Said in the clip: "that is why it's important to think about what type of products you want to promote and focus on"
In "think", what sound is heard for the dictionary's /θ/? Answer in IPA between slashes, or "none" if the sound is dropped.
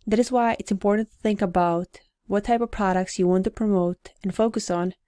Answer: /θ/